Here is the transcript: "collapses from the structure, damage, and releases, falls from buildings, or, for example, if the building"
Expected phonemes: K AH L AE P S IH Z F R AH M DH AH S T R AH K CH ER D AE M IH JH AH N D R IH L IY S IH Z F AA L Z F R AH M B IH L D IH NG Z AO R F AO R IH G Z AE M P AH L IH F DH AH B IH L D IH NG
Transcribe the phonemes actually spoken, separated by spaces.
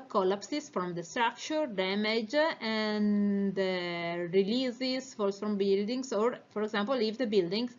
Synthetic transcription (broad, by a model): K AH L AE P S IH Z F R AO M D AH S T R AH K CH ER D AE M IH JH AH N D R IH L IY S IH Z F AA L S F R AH M B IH L D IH NG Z AO R F AO R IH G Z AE M P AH L IH F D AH B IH L D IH NG